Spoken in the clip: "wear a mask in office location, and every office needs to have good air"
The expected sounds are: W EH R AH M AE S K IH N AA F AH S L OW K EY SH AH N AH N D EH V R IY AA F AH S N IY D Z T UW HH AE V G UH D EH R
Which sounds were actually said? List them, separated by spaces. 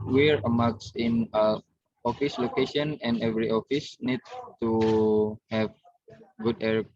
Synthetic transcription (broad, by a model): W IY R AH M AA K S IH N AA F AH S L OW K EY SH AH N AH N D EH V R IY AA F AH S N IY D T UW HH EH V G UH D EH R